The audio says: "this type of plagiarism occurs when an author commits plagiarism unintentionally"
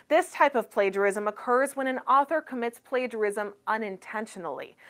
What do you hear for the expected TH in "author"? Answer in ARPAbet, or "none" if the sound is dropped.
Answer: TH